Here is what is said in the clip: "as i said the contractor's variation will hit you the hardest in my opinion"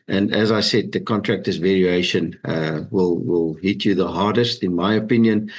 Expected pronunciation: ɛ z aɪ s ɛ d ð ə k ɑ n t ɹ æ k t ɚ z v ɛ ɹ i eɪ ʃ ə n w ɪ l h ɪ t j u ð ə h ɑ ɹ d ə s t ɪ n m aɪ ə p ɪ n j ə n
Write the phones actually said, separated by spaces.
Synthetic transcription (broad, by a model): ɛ z aɪ s ɛ d ð ə k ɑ n t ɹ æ k t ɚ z v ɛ ɹ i eɪ ʃ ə n w ɪ l h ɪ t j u ð ə h ɑ ɹ d ə s t ɪ n m aɪ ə p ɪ n j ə n